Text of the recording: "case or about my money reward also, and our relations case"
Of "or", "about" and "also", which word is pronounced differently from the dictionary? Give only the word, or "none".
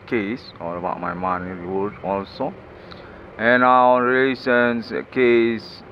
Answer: or